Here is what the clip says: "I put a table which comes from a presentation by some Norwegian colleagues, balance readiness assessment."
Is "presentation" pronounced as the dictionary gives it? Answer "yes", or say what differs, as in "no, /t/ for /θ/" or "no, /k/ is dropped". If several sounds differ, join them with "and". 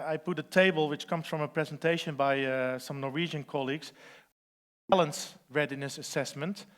yes